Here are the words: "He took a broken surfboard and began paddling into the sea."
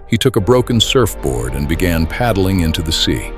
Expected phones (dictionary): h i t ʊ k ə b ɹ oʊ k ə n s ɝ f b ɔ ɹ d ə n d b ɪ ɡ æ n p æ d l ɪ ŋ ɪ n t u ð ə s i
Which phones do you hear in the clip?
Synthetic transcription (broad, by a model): h i t ʊ k ə b ɹ oʊ k ə n s ɝ f b ɔ ɹ d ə n b ɪ ɡ æ n p æ d l ɪ ŋ ɪ n t u ð ə s i